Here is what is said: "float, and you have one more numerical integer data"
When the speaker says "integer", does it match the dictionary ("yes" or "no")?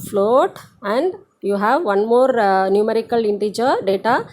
yes